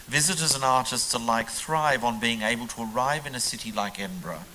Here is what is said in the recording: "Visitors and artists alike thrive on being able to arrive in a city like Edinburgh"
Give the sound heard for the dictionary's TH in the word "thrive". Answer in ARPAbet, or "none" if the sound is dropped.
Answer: TH